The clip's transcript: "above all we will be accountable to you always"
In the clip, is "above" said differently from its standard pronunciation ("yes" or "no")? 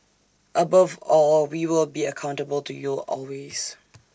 no